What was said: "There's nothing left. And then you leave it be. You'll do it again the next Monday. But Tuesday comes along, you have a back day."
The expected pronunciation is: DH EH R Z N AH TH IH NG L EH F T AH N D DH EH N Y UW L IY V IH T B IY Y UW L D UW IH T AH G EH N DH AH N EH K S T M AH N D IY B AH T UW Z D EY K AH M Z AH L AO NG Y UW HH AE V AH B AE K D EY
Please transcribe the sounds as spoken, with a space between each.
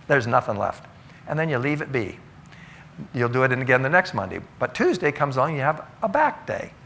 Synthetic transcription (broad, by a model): DH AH R Z N AH TH IH NG L EH F T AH N DH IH N Y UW L IY V IH T B IY Y UW L D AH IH T AH G EH N DH AH N EH K S T M AH N D IY B AH T UW Z D EY K AH M Z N Y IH V AH B AE K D EY